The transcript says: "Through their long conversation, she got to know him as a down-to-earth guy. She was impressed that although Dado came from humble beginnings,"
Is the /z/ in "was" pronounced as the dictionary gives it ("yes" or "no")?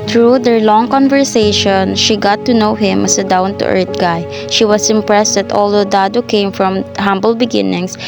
no